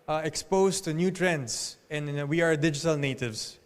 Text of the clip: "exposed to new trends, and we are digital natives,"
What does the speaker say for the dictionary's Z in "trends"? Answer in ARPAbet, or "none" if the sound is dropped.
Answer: S